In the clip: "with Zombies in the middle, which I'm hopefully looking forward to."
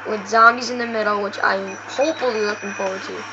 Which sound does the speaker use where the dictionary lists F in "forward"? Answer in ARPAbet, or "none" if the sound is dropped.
P